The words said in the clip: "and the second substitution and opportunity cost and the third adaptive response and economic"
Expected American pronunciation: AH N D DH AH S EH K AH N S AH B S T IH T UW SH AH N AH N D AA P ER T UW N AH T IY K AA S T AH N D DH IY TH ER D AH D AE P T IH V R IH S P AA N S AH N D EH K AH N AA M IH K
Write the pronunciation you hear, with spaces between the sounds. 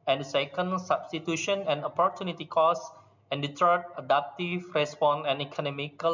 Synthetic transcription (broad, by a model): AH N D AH S EH K AH N S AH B S T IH T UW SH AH N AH N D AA P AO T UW N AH T IY K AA S AH N D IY T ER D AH D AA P T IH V R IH S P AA N AH N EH K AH N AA M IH K